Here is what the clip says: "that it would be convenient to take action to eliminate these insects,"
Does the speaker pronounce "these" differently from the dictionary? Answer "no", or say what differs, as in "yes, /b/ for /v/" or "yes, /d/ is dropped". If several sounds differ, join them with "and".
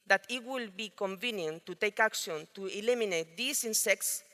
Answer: yes, /s/ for /z/